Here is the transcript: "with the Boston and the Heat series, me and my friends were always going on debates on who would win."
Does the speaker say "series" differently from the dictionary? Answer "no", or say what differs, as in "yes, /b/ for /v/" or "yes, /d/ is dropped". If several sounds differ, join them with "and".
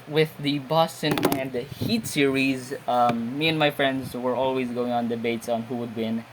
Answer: no